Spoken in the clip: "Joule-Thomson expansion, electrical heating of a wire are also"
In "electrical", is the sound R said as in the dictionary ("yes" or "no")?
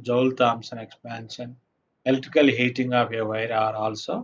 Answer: no